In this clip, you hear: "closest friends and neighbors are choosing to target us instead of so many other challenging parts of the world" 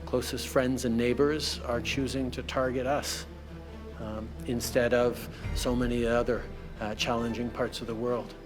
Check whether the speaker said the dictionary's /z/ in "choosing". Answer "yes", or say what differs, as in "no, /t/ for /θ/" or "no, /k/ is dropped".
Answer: yes